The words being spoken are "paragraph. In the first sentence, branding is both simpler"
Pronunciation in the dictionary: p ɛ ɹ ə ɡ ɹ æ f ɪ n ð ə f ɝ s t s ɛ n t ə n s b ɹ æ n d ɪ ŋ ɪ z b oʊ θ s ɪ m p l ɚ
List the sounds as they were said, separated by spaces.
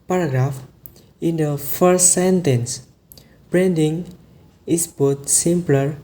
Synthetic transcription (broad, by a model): p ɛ ɹ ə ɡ ɹ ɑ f ɪ n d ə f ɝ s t s ɛ n t ə n s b ɹ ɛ n d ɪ ŋ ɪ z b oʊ t s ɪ m p l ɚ